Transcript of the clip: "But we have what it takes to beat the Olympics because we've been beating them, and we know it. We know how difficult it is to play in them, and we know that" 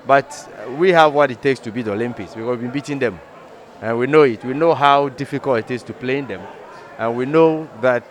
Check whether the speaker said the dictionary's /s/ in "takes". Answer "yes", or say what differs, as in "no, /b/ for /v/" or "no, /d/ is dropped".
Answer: yes